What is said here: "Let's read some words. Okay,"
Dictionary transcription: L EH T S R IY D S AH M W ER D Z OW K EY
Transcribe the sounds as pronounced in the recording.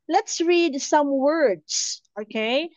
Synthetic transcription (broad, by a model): L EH T S R IY D S AH M W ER D S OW K EY